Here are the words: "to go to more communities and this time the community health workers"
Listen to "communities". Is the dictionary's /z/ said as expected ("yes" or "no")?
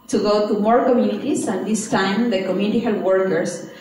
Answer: no